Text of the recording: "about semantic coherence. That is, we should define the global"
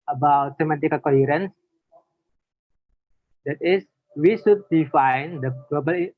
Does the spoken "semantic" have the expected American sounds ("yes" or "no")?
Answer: no